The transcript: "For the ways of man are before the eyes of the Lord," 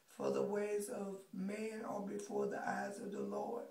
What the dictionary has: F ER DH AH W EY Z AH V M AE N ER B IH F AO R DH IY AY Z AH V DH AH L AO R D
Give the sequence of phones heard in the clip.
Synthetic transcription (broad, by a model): F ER DH AH W EY Z AH V M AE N ER B IH F AO R DH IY AY Z AH V DH AH L AO R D